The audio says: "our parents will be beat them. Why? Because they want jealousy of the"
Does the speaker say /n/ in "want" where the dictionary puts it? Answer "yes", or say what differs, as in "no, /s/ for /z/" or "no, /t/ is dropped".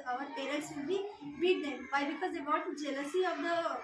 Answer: no, /n/ is dropped